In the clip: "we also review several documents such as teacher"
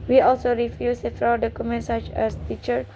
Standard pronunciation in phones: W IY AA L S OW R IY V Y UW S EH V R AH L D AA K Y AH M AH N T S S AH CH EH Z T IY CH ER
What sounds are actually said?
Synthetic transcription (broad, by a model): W IY AA L S OW R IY F Y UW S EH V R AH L D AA K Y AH M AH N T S S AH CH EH S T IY CH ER